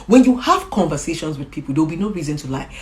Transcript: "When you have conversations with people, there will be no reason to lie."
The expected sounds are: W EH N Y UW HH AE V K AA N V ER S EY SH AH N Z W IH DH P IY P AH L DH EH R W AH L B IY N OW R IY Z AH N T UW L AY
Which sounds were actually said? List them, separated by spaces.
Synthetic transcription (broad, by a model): W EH N Y UW HH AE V K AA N V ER S EY SH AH N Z W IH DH P IY P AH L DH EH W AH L B IY N OW R IY Z AH N T UW L AY